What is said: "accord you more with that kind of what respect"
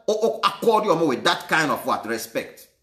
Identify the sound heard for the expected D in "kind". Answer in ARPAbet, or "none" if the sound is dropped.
D